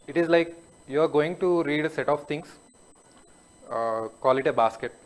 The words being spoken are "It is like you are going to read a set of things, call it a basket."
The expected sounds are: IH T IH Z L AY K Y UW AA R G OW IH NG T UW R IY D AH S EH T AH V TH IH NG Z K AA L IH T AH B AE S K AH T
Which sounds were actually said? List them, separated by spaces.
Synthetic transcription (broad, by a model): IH T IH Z L AY K Y UW AA R G OW IH NG T UW R IY D AH S EH T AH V T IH NG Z K AA L IH T AH B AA S K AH T